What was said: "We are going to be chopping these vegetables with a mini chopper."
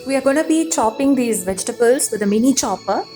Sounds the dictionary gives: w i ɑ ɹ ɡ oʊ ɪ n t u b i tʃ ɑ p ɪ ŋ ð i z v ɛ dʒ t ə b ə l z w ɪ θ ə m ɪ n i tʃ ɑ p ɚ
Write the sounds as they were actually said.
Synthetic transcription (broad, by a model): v i ɑ ɹ ɡ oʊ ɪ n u b i tʃ ɑ p ɪ ŋ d i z v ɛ dʒ t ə b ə l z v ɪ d ə m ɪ n i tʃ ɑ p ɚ